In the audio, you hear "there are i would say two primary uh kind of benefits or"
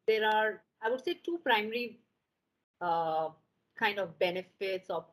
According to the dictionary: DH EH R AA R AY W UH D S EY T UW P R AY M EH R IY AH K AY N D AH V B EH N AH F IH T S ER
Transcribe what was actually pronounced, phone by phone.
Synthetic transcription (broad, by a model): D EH R AA R AY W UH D S EY T UW P R AY M EH R IY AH K AY N D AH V B EH N AH F IH T S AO